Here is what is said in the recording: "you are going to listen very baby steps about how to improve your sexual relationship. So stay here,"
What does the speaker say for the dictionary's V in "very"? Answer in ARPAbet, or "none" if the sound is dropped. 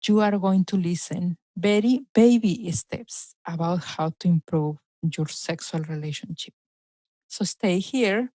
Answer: B